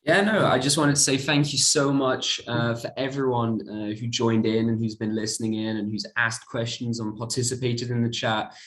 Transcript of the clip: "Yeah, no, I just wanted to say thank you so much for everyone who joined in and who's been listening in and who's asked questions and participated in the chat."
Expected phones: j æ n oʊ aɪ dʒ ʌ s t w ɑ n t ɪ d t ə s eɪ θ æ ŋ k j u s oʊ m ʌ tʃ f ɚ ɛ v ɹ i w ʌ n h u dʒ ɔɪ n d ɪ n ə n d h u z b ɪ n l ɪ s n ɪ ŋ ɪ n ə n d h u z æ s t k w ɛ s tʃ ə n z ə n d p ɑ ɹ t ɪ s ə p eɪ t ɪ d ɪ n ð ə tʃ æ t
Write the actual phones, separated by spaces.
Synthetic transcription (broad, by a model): j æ n oʊ aɪ dʒ ʌ s t w ɑ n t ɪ d t ə s eɪ θ æ ŋ k j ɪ s oʊ m ʌ tʃ f ɚ ɛ v ɹ i w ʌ n h u dʒ ɔɪ n d ɪ n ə n h u z b ɪ n l ɪ s n ɪ ŋ ɪ n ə n h u z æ s k w ɛ s tʃ ə n z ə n p ɑ ɹ t ɪ s ə p eɪ t ɪ d ɪ n ð ə tʃ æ t